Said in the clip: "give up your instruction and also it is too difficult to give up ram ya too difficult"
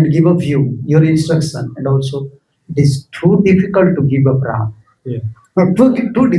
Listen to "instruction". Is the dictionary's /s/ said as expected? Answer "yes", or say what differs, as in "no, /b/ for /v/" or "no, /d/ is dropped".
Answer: yes